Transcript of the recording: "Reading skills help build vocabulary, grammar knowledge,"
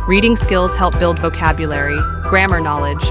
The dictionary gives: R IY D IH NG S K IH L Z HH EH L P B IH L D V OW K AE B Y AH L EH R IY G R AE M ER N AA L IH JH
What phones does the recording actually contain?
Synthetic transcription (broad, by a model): R IY D IH NG S K IH L Z HH EH L P B IH L D V OW K AE B Y AH L EH R IY G R AE M ER N AA L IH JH